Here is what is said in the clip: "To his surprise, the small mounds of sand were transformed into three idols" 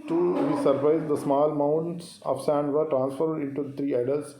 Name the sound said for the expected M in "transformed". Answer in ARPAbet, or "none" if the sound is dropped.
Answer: none